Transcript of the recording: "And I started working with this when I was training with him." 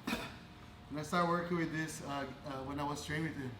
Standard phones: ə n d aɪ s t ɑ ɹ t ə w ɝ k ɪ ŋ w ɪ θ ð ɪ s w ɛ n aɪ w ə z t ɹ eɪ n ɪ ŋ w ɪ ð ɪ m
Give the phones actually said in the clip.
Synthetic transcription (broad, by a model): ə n aɪ s t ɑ ɹ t w ɝ k ɪ ŋ w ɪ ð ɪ s w ɛ n aɪ w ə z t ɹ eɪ ɪ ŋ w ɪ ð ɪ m